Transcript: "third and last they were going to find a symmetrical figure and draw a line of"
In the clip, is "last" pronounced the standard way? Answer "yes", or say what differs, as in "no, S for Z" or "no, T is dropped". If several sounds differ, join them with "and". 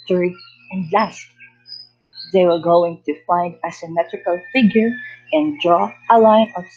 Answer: yes